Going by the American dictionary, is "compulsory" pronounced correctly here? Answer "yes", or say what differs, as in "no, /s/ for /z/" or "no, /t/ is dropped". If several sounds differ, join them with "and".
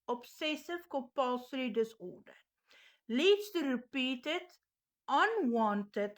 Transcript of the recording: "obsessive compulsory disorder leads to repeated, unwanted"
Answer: no, /m/ is dropped